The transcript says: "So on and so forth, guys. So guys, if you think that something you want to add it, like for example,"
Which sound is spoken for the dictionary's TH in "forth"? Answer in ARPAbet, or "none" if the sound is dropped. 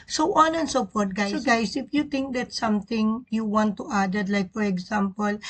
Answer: T